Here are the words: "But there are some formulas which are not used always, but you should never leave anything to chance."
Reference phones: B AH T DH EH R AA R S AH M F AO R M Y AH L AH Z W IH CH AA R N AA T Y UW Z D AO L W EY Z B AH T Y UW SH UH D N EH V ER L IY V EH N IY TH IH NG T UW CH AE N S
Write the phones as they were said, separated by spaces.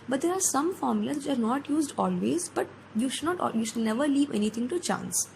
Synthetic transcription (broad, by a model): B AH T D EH R AA R S AH M F AO R M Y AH L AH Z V IH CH AA R N AA T Y UW Z D AO L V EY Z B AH T Y UW SH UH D N EH V ER L IY V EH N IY T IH NG T UW CH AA N S